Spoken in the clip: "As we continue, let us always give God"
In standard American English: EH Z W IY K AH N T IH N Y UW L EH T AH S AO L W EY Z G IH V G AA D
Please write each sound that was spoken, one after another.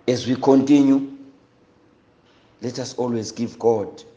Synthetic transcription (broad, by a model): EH Z W IY K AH N T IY N Y UW L EH T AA S AO L W EY Z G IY V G AA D